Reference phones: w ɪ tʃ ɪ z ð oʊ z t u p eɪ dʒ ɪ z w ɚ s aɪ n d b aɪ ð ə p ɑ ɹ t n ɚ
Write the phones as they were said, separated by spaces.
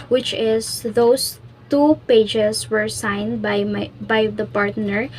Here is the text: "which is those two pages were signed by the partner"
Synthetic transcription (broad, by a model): w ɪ tʃ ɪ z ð oʊ s t u p eɪ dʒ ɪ s w ɚ s aɪ n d b aɪ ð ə p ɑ ɹ t n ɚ